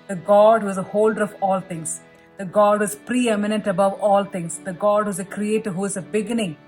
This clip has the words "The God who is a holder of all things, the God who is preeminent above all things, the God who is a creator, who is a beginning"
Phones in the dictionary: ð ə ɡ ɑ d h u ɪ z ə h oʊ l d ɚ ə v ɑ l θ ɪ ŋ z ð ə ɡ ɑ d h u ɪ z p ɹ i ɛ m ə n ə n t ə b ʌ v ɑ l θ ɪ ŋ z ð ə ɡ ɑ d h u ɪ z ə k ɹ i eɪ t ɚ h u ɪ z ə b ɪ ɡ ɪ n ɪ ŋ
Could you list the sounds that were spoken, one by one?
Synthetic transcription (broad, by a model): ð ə ɡ ɑ d h u ɪ z ə h oʊ l d ɚ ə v ɑ l t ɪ ŋ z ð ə ɡ ɑ d ɪ z p ɹ i ɛ m ə n ə n t ə b ʌ v ɑ l t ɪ ŋ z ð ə ɡ ɑ d h u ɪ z ə k ɹ i eɪ t ɚ h u ɪ z ə b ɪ ɡ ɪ n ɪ ŋ